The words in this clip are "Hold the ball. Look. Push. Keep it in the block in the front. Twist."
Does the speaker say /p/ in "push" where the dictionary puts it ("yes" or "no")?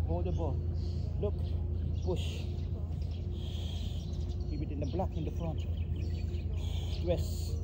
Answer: no